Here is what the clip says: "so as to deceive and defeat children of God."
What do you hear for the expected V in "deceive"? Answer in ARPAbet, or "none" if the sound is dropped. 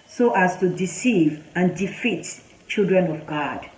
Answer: V